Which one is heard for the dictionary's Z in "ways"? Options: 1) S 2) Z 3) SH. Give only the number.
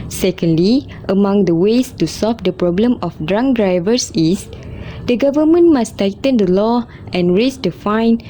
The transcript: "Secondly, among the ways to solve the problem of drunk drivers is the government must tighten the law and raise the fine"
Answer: 1